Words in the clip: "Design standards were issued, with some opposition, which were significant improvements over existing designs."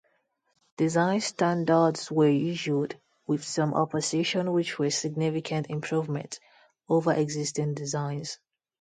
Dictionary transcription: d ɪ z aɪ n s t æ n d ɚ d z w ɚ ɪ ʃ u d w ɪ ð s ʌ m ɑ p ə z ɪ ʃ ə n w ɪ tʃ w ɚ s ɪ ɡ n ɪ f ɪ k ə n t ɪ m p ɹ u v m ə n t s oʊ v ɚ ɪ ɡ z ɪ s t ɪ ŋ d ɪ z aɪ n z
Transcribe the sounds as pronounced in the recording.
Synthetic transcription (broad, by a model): d ɪ z aɪ n s t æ n d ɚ d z w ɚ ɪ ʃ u d w ɪ ð s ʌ m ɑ p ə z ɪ ʃ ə n w ɪ tʃ w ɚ s ɪ ɡ n ɪ f ɪ k ə n t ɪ m p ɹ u v m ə n t oʊ v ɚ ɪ ɡ z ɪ s t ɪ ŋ d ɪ z aɪ n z